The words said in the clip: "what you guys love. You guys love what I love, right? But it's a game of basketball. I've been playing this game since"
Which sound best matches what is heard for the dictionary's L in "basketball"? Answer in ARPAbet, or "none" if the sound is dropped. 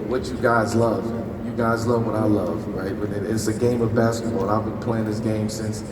N